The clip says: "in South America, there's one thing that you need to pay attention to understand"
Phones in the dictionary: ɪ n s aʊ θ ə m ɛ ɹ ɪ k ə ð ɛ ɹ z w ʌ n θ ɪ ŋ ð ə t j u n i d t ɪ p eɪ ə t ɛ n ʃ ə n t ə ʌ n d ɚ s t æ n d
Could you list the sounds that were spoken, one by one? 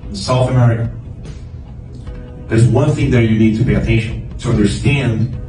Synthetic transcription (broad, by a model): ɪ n s aʊ θ ə m ɛ ɹ ɪ k ə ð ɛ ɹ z w ʌ n θ ɪ ŋ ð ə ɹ j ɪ n i d t ɪ p eɪ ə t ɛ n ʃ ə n t ə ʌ n d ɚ s t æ n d